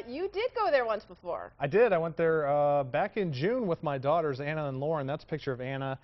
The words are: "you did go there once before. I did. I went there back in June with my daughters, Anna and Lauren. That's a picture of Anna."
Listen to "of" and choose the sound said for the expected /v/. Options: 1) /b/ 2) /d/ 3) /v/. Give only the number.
3